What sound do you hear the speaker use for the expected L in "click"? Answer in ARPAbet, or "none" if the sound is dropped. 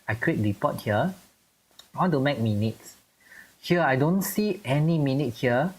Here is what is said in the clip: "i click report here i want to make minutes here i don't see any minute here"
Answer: W